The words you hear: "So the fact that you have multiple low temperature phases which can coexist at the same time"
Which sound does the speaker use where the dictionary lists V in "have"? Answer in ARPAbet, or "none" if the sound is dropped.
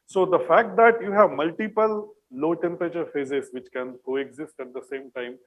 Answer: V